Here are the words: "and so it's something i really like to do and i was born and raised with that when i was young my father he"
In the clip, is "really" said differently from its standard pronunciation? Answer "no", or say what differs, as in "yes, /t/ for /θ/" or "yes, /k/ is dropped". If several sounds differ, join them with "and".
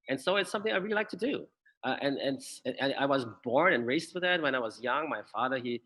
no